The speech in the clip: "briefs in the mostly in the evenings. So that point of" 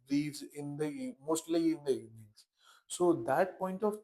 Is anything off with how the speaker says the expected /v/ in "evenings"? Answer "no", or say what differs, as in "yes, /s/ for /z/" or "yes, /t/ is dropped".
yes, /v/ is dropped